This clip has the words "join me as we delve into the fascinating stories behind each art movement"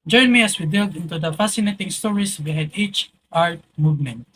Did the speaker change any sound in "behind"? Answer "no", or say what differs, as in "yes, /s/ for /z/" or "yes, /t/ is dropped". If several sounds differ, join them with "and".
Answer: yes, /n/ is dropped